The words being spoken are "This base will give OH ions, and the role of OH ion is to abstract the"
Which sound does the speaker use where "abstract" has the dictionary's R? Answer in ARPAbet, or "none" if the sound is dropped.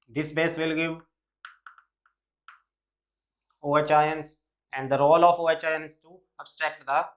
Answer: R